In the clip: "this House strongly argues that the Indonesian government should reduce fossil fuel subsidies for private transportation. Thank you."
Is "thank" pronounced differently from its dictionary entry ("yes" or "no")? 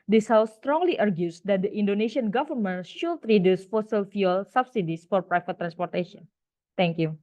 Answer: yes